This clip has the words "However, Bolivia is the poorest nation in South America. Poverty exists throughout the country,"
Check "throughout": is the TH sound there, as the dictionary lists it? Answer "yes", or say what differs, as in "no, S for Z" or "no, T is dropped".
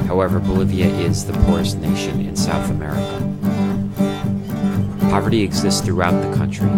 yes